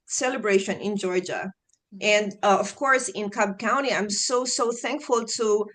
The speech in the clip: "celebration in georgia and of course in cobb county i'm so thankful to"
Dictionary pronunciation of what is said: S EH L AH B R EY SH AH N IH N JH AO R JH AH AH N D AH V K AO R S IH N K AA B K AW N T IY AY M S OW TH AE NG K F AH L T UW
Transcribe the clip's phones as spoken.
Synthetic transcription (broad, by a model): S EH L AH B R EY SH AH N IH N JH AO R JH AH AH N D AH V K AO R S IH N K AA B K AW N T IY AY M S OW TH AE NG K F AH L T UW